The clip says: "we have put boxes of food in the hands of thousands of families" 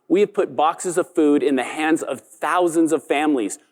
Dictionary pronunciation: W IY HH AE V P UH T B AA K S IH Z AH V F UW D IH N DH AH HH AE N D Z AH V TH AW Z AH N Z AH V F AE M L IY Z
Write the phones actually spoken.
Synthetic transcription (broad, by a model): W IY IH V P UH T B AA K S IH Z AH V F UW D IH N DH AH HH AE N D Z AH V TH AW Z AH N Z AH V F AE M L IY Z